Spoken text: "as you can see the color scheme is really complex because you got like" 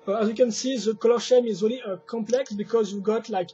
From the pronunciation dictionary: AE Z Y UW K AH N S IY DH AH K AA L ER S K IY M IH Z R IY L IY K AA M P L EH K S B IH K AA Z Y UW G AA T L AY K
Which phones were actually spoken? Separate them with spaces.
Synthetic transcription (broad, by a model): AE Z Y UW K AH N S IY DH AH K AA L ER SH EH M IH Z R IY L IY K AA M P L EH K S B IH K AA Z Y UW G AA T L AY K